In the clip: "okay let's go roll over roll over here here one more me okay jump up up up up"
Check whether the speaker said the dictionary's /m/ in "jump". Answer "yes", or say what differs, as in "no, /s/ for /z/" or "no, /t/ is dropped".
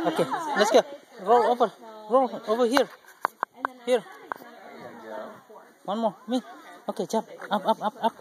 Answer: no, /m/ is dropped